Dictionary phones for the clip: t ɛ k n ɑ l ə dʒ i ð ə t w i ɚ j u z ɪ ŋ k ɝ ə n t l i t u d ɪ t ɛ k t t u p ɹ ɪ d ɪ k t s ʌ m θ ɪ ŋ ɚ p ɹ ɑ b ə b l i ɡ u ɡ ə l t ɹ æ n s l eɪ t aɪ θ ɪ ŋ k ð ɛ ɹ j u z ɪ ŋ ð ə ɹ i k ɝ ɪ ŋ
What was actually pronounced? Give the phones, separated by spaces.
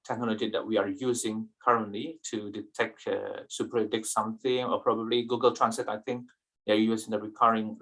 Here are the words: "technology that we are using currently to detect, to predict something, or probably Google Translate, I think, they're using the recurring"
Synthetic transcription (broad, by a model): t ɛ k n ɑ l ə dʒ i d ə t w i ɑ j u z ɪ ŋ k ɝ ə n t l i t u d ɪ t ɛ k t s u p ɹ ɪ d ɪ k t s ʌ m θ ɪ ŋ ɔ p ɹ ɑ b ə b l i ɡ u ɡ ə l t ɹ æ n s eɪ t aɪ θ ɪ ŋ k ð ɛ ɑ j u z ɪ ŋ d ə ɹ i k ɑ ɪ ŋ